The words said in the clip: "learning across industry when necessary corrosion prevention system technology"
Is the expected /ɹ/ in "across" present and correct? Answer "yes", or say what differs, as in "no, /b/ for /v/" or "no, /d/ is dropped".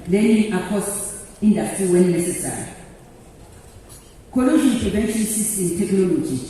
no, /ɹ/ is dropped